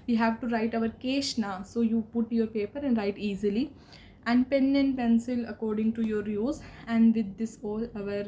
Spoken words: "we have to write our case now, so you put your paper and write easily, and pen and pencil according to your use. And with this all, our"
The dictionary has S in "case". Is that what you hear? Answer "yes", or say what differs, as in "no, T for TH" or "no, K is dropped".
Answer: no, SH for S